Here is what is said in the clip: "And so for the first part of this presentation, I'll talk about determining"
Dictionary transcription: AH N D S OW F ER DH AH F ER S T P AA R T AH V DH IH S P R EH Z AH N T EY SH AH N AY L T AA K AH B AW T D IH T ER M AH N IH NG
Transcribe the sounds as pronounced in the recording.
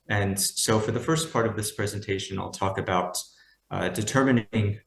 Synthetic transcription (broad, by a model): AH N S OW F ER DH AH F ER S P AA R T AH V DH IH S P R EH Z AH N T EY SH AH N AY L T AA K AH B AW T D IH T ER M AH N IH NG